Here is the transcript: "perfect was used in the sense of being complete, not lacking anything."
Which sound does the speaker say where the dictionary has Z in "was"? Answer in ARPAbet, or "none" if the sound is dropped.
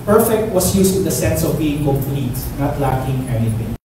S